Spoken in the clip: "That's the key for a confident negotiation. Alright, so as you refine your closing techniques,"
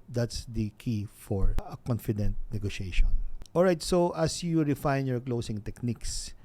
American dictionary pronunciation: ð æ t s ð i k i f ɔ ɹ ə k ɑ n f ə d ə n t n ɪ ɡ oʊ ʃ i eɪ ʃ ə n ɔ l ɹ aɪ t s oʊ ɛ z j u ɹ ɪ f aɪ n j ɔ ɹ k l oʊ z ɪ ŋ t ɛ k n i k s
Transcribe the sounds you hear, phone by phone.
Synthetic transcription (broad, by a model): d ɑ t s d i k i f ɔ ɹ ə k ɑ n f ə d ə n t n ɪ ɡ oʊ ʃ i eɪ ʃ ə n ɔ l ɹ aɪ t s oʊ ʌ s j u ɹ ɪ f aɪ n j ɔ ɹ k l oʊ s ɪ ŋ t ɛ k n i k s